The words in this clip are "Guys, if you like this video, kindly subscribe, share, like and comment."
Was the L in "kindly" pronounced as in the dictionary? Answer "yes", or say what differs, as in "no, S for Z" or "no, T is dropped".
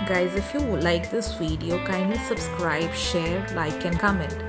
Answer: no, L is dropped